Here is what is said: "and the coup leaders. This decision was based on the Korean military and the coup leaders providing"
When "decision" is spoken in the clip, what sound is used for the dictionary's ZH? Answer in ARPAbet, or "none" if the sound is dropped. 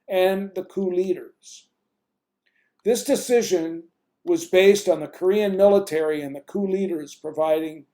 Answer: ZH